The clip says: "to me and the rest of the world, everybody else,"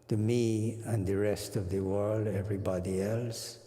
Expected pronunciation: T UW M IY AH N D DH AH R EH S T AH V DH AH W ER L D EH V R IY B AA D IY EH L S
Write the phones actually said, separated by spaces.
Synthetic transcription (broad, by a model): T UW M IY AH N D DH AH R EH S T AH V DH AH W ER L D EH V R IY B AA D IY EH L S